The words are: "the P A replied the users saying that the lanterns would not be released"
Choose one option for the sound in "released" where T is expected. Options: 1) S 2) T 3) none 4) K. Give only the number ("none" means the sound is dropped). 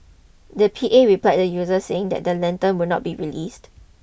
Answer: 2